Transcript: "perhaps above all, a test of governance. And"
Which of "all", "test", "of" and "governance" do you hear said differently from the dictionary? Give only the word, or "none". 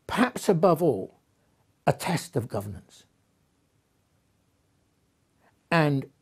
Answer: none